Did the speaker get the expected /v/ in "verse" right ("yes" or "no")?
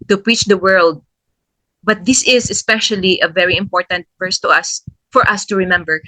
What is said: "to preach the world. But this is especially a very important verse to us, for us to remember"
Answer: no